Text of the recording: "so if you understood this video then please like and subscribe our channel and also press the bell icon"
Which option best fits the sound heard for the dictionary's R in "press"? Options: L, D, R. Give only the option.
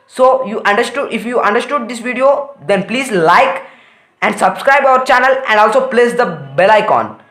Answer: L